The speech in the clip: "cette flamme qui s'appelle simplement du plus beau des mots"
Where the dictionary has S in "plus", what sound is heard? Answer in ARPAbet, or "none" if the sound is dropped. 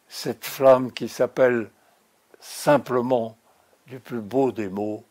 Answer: none